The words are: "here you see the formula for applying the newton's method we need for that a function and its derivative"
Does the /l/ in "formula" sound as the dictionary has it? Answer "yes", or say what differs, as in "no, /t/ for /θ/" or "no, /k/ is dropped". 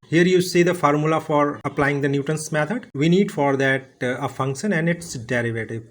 yes